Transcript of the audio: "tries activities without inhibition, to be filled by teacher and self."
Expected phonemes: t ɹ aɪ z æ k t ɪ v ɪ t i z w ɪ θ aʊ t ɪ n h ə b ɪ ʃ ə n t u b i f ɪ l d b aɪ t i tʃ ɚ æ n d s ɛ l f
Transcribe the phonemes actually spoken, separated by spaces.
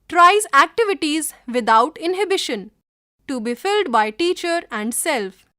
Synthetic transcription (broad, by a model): t ɹ aɪ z æ k t ɪ v ɪ t i z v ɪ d aʊ t ɪ n h ə b ɪ ʃ ə n t u b i f ɪ l d b aɪ t i tʃ ɚ æ n d s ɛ l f